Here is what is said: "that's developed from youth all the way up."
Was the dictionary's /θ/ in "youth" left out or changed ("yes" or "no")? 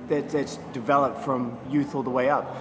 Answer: no